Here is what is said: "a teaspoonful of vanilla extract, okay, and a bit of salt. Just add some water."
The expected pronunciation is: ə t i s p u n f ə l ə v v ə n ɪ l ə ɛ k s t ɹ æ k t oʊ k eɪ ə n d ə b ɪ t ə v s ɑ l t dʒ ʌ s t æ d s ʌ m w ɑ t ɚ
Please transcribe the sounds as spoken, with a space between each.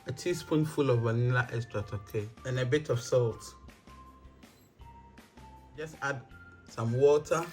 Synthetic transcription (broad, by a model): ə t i s p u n f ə l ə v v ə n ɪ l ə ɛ s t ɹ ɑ t oʊ k eɪ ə n ə b ɪ t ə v s ɑ l t dʒ ʌ s t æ d s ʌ m w ɑ t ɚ